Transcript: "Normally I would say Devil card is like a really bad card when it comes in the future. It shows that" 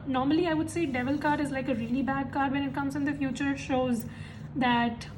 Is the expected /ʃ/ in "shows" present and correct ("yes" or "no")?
yes